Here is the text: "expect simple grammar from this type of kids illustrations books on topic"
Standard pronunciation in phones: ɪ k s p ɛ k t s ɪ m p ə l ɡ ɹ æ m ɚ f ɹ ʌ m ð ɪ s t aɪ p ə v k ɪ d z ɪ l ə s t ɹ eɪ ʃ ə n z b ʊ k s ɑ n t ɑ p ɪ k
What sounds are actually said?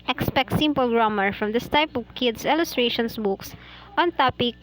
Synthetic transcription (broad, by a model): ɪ k s p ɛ k t s ɪ m p ə l ɡ ɹ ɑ m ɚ f ɹ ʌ m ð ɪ s t aɪ p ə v k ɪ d s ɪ l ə s t ɹ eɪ ʃ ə n s b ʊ k s ɑ n t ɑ p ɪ k